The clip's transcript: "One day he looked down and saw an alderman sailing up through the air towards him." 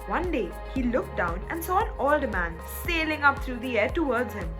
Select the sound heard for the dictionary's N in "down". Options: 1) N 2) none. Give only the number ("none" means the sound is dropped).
1